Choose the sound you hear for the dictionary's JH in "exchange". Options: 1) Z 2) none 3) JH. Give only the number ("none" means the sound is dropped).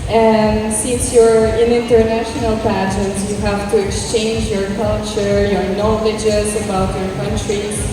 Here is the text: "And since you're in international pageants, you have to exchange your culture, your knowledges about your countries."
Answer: 3